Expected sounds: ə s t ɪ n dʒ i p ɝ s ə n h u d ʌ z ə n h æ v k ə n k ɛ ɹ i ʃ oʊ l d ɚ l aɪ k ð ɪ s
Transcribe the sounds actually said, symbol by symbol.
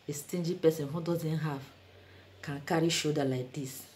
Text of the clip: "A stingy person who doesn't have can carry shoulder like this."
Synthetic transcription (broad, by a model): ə s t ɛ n dʒ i p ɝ s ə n h u d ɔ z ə n h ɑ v k ə n k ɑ ɹ i ʃ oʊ d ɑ l aɪ k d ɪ s